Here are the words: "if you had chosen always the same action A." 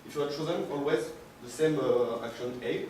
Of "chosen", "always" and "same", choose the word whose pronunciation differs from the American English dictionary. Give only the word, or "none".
none